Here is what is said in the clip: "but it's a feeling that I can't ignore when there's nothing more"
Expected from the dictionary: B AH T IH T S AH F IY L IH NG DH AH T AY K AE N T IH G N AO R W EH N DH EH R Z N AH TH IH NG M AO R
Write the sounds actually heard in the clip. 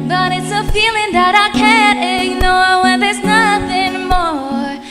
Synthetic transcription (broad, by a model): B AH T IH T S AH F IY L IH NG DH AH T AY K AE N T IH G N AO R W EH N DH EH R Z N AH TH IH NG M AO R